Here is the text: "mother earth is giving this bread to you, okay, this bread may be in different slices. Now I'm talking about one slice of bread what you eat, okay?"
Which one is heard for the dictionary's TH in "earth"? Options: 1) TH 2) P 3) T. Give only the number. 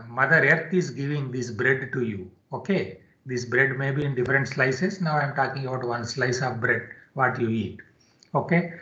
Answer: 3